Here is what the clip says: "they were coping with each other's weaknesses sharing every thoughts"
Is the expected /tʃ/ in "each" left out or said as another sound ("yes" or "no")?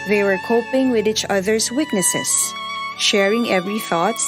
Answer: no